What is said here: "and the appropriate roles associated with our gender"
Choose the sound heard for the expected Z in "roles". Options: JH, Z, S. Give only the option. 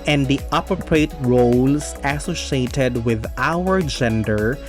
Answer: S